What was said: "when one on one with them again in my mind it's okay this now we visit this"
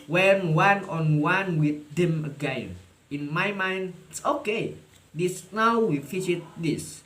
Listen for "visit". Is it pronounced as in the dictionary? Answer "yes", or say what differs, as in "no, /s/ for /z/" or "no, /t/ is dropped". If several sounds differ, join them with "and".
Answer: no, /f/ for /v/